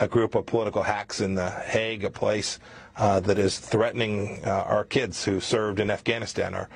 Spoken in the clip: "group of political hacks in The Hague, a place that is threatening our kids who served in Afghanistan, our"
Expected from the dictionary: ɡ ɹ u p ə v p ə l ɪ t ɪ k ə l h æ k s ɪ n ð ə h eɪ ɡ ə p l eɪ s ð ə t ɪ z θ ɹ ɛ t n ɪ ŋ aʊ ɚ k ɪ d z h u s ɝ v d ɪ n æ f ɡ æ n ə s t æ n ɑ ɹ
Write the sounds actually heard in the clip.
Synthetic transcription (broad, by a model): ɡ ɹ u p ə v p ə l ɪ t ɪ k l h æ k s ɪ n ð ə h eɪ ɡ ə p l eɪ s ð ə t ɪ z θ ɹ ɛ t n ɪ ŋ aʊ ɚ k ɪ d z h u s ɝ v d ɪ n æ f ɡ æ n ə s t æ n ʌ ɹ